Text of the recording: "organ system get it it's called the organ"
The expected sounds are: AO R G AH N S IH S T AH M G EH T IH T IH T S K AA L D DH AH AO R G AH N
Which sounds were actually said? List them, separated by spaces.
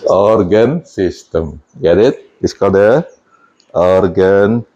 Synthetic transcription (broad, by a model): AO R G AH N S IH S T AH M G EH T IH T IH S K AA D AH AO R G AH N